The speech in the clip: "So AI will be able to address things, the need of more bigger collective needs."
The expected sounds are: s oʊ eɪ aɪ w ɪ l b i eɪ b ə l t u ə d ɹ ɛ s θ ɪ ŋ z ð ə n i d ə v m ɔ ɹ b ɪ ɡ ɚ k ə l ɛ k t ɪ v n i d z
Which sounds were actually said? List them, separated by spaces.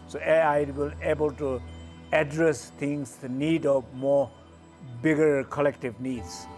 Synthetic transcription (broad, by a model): s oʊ eɪ aɪ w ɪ l eɪ b ə l t u ə d ɹ ɛ s t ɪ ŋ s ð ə n i d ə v m ɔ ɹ b ɪ ɡ ɚ k ə l ɛ k t ɪ v n i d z